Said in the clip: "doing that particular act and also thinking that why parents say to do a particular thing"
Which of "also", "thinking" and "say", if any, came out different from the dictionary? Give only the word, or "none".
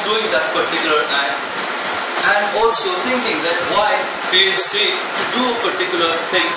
thinking